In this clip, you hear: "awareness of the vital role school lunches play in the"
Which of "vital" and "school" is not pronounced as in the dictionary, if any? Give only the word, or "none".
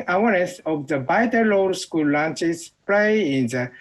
vital